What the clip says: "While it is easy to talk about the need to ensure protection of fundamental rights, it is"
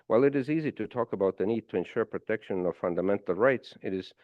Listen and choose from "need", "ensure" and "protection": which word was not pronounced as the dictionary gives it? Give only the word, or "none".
none